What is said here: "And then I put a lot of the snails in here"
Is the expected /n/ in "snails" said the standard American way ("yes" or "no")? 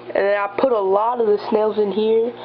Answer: yes